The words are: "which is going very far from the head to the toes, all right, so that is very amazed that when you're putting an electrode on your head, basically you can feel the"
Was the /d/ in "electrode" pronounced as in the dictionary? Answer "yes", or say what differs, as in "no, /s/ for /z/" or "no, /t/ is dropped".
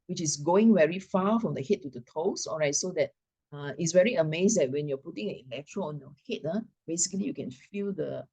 no, /d/ is dropped